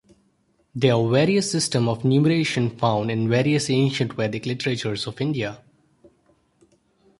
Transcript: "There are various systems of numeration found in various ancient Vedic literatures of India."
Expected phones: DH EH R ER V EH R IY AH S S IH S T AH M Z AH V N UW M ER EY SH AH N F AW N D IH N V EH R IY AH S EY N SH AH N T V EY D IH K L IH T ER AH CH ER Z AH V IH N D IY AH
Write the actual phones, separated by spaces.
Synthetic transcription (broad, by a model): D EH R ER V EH R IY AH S S IH S T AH M AH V N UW M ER EY SH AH N F AW N D IH N V EH R IY AH S EY N SH AH N T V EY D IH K L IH T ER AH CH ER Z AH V IH N D IY AH